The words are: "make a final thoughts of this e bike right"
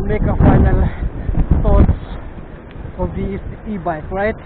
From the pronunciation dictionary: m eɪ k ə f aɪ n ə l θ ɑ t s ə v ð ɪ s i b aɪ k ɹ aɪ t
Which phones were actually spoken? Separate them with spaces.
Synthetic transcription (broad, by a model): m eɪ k ə f aɪ n ə l t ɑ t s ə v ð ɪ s i b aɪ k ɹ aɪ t